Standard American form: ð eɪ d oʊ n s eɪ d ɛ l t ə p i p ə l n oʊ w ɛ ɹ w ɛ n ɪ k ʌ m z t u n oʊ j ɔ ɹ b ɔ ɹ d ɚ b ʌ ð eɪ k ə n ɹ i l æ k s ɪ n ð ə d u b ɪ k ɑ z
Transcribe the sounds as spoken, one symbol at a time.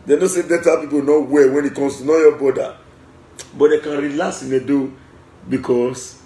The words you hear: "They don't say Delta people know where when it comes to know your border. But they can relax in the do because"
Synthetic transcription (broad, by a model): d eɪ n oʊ s eɪ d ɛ t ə p i p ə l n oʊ w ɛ w ɛ n ɪ k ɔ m s t u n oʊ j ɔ b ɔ d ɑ b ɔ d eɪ k ə n ɹ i l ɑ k s ɪ n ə d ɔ b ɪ k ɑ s